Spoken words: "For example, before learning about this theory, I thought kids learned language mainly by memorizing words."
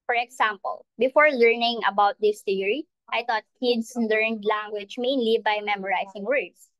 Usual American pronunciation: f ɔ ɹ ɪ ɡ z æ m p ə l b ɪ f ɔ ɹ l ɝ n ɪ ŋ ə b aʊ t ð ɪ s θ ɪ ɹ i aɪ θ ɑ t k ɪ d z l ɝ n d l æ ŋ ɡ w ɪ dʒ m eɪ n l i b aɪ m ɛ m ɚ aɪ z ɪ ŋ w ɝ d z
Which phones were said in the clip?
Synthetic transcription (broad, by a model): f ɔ ɹ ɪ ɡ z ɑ m p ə l b ɪ f ɔ ɹ l ɝ n ɪ ŋ ə b aʊ t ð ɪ s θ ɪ ɹ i aɪ t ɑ t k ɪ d s l ɝ n d l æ ŋ ɡ w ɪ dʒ m eɪ n l i b aɪ m ɛ m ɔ aɪ s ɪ ŋ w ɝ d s